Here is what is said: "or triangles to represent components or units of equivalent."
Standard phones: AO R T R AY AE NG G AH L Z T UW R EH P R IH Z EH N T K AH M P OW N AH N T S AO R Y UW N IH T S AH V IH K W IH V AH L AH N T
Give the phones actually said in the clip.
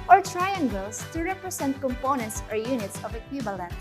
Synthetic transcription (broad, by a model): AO R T R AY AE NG G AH L S T UW R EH P R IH S EH N T K AH M P OW N AH N T S AO R Y UW N IH T S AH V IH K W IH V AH L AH N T